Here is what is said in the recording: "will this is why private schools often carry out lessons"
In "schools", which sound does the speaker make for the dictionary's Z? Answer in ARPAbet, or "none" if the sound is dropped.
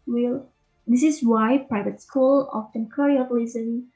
none